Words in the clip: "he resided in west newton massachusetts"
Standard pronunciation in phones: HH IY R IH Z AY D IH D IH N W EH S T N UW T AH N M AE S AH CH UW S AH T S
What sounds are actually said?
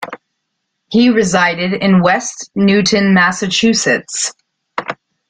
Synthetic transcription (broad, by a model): HH IY R IH Z AY D IH D IH N W EH S T N UW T N M AE S AH CH UW S AH T S